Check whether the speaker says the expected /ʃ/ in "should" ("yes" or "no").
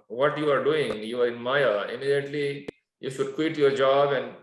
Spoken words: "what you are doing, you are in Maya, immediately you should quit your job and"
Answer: yes